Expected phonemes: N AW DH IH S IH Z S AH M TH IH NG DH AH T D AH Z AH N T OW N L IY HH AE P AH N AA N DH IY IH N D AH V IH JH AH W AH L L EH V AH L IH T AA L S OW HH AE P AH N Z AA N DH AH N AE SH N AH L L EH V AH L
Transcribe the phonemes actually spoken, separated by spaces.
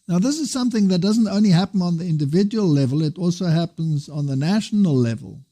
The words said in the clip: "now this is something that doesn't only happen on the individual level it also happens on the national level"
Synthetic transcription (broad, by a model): N AW DH IH S IH Z S AH M TH IH NG DH AH T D AH Z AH N T OW N L IY HH AE P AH N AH N DH IY IH N D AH V IH JH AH W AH L L EH V AH L IH T AA L S OW HH AE P AH N Z N DH AH N AE SH N L L EH V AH L